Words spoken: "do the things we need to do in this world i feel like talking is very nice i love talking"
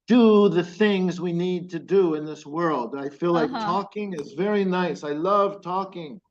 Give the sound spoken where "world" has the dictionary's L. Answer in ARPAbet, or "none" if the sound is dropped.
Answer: L